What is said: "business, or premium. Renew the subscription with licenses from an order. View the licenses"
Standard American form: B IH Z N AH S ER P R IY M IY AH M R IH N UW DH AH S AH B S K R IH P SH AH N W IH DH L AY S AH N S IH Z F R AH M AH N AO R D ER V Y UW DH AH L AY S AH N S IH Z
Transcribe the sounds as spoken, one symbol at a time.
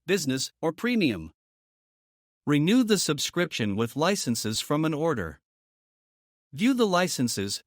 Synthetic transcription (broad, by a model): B IH Z N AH S ER P R IY M IY AH M R IH N UW DH AH S AH B S K R IH P SH AH N W IH DH L AY S AH N S IH Z F R AH M AH N AO R D ER V Y UW DH AH L AY S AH N S IH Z